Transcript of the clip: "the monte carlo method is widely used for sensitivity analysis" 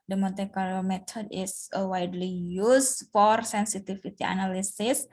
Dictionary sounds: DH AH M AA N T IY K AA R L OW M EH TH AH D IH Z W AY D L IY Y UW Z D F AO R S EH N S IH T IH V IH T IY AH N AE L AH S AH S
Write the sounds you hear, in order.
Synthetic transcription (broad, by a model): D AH M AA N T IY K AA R OW M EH T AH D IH S W AY D L IY Y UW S F AO R S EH N S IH T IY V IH T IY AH N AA L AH S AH S